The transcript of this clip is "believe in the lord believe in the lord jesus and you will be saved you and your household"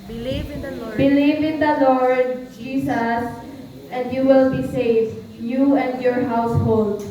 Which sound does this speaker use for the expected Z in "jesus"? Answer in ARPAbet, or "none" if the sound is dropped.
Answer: S